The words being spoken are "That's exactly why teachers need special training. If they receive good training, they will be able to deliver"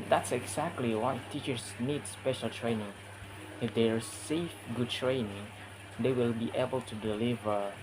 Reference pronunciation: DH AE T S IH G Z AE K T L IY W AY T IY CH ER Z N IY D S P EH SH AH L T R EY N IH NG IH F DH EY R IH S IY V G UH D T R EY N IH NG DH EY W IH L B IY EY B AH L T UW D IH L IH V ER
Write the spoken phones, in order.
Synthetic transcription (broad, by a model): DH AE T S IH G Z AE K T L IY W AY T IY CH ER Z N IY D S P EH SH AH L T R EY N IH NG IH F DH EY R S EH F G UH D T R EY N IH NG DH EY W IH L B IY EY B AH L T UW D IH L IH V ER